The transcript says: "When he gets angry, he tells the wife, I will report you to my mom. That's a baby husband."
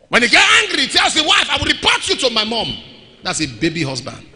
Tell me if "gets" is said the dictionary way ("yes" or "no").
no